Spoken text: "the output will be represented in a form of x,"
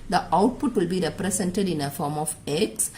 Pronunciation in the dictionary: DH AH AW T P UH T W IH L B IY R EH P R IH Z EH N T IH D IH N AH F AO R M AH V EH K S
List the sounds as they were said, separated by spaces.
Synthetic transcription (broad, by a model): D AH AW T P UH T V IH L B IY R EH P R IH S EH N T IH D IH N AH F AO R M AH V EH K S